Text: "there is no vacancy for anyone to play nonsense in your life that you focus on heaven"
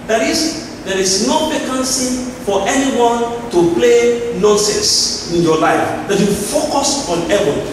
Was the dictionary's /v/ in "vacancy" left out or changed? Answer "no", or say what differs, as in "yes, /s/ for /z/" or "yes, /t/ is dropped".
yes, /p/ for /v/